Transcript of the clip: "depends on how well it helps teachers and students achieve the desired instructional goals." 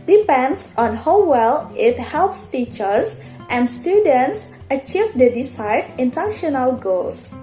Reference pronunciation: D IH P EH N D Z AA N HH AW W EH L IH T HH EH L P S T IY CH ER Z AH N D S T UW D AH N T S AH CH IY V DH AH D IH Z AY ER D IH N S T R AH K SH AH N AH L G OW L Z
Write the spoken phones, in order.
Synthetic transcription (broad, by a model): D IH P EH N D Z AA N HH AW W EH L IH T HH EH L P S T IY CH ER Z AH N D S T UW D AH N T S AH CH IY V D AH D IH S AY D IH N T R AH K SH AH N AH L G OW L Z